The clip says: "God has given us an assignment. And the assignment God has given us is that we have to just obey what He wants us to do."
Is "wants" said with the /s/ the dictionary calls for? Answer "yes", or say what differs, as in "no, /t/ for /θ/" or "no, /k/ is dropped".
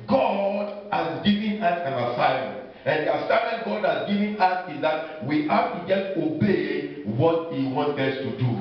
no, /s/ is dropped